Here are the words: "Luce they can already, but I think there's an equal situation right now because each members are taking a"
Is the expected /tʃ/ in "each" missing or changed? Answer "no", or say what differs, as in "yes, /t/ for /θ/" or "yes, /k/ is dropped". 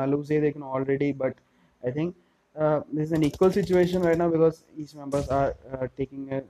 yes, /s/ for /tʃ/